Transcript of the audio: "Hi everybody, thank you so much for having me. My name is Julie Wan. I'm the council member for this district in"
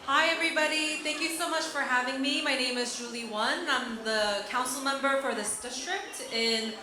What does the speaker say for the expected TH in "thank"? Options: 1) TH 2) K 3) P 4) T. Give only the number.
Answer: 1